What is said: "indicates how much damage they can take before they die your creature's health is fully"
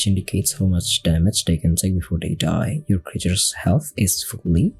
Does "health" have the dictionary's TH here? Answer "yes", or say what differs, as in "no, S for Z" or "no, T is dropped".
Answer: yes